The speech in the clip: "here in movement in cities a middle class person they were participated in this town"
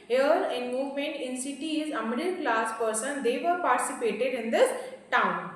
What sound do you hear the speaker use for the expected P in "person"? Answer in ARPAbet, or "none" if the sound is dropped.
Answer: P